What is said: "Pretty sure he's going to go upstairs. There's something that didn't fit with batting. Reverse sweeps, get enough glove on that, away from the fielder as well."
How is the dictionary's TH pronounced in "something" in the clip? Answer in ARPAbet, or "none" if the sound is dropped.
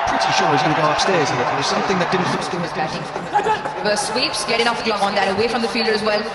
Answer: TH